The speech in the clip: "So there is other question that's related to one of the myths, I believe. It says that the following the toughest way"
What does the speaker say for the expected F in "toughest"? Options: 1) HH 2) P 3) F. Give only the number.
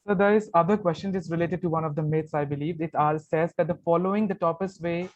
2